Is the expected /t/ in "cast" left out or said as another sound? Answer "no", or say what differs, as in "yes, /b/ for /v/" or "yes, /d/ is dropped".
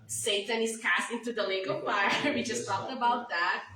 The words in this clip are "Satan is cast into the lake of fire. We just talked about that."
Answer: no